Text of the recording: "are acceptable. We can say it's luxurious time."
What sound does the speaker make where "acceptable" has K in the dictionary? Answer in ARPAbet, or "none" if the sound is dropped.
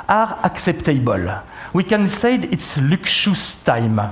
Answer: K